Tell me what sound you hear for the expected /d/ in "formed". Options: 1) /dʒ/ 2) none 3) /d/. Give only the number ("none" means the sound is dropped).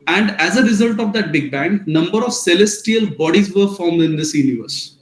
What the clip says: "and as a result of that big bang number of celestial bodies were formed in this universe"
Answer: 3